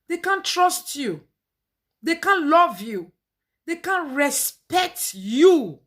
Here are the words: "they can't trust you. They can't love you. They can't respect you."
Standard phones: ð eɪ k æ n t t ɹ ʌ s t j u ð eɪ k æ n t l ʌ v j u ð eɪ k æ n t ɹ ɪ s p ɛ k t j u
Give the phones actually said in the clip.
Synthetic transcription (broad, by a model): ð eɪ k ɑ n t t ɹ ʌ s t j u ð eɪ k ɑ n l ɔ v j u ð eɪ k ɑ n ɹ ɪ s p ɛ k t j u